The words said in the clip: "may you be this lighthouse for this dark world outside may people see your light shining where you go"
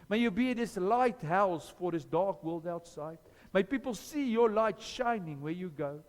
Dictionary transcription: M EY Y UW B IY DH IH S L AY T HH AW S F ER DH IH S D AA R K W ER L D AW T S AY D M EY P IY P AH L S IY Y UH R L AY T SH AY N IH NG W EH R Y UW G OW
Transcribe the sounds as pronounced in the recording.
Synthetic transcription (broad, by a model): M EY Y UW B IY DH IH S L AY T HH AW S F ER DH IH S D AA R K W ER L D AW T S AY D M EY P IY P AH L S IY Y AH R L AY T SH AY N IH NG W EH R Y UW G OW